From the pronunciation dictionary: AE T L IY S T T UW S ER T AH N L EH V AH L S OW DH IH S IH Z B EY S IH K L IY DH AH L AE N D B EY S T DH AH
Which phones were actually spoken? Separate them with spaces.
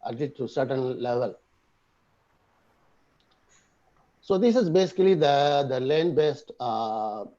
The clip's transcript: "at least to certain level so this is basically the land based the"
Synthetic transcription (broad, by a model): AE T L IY T T UW S ER T AH N L EH V AH L S OW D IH S IH Z B EY S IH K L IY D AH L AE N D B EY S T